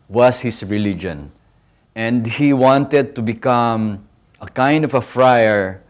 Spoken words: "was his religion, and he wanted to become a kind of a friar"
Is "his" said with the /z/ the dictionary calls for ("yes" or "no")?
no